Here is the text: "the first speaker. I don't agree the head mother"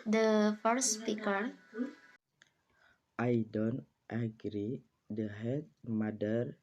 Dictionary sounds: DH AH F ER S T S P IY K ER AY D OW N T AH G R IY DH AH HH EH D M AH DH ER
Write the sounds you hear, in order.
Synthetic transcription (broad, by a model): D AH F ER T S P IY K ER AY D OW N T AH G R IY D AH HH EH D M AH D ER